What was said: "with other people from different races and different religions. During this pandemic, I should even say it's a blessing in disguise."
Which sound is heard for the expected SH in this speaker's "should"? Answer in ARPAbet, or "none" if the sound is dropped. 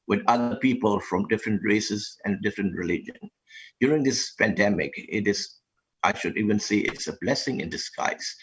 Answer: SH